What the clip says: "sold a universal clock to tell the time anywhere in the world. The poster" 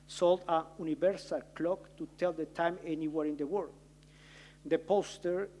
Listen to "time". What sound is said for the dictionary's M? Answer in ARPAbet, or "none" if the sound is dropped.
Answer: M